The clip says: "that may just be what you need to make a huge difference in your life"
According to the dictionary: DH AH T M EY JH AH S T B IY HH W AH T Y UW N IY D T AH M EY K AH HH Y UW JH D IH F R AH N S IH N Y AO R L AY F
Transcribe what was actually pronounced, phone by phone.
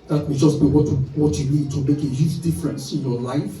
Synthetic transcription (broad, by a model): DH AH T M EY JH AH S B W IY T W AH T Y UW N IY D T AH M EY K AH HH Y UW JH D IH F R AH N S IH N Y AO L AY F